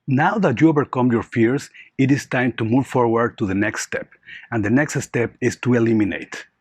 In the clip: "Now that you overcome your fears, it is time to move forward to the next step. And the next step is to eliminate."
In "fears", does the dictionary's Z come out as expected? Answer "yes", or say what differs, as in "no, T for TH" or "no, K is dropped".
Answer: no, S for Z